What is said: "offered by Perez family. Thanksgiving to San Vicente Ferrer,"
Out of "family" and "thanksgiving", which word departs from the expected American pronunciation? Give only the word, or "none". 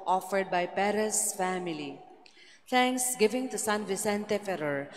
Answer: thanksgiving